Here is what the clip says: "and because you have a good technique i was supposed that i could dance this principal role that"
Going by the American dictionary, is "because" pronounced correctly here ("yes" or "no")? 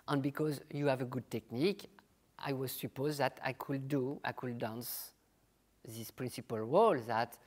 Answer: yes